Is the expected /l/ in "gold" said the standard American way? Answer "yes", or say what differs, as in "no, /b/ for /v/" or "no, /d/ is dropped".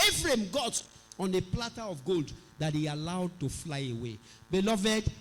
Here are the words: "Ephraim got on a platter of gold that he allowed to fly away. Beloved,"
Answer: yes